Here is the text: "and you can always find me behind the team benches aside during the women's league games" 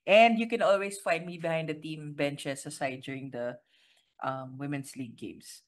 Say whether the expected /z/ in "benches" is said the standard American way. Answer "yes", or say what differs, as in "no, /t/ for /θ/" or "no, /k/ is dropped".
no, /s/ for /z/